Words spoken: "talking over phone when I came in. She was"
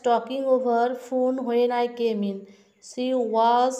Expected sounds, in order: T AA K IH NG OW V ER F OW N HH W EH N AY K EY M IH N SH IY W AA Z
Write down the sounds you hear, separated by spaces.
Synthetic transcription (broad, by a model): T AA K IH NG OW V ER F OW N HH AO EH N AY K EY M IH N S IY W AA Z